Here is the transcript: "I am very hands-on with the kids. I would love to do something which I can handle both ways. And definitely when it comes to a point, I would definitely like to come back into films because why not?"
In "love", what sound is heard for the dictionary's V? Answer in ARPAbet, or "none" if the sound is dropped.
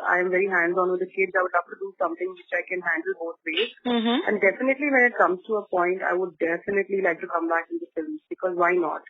F